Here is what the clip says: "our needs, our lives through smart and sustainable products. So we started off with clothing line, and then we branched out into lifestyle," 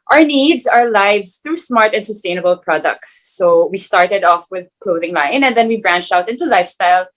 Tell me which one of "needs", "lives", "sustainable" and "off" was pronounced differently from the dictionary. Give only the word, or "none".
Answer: none